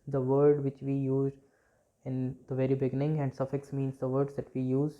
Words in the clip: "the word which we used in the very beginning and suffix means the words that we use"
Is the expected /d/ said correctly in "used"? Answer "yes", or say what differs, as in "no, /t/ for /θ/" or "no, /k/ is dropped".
no, /d/ is dropped